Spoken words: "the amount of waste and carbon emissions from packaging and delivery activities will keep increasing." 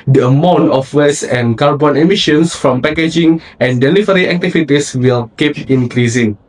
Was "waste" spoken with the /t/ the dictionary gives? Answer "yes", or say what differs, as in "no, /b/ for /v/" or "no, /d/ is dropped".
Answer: no, /t/ is dropped